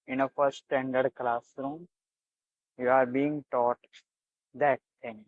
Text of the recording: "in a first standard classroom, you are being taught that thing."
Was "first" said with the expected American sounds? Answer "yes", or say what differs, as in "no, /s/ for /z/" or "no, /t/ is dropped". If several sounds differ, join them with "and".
no, /s/ is dropped